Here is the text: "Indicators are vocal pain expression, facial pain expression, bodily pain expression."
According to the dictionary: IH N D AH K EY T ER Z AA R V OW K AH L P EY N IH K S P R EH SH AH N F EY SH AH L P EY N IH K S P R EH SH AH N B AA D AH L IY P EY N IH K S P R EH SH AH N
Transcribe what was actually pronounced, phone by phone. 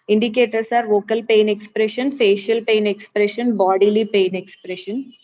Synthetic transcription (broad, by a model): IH N D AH K EY T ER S AA R V OW K AH L P EY N IH K S P R EH SH AH N F EY SH AH L P EY N IH K S P R EH SH AH N B AA D AH L IY P EY N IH K S P R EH SH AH N